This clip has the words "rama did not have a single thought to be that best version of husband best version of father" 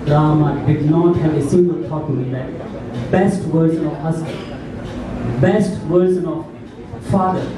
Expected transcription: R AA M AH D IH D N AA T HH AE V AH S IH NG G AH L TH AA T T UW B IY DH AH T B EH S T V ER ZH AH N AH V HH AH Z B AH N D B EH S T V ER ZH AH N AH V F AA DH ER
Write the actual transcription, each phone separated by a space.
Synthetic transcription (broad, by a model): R AA M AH D IH D N AA T HH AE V AH S IH NG G AH L T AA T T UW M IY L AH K B EH S T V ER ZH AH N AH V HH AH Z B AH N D B EH S T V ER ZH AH N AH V F AA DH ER